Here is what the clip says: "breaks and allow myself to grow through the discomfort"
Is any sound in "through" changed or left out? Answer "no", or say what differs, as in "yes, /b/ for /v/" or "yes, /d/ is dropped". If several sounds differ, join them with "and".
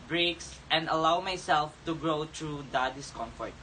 yes, /t/ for /θ/